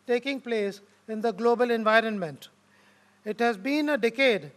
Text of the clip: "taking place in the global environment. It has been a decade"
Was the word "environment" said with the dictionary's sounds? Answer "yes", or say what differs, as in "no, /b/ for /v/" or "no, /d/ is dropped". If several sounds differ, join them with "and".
yes